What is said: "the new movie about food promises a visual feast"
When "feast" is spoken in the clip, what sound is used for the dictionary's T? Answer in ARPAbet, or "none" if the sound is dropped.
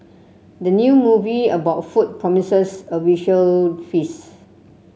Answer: none